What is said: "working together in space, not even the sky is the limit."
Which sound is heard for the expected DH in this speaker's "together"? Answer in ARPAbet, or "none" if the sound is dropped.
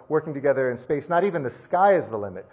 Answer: DH